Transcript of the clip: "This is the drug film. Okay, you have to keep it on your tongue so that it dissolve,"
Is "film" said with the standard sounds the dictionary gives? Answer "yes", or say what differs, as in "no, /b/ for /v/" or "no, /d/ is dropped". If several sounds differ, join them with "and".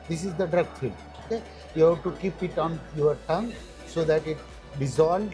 no, /m/ is dropped